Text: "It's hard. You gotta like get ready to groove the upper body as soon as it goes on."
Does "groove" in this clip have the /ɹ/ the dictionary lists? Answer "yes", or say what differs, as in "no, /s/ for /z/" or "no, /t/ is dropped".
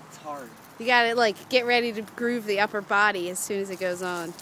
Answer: yes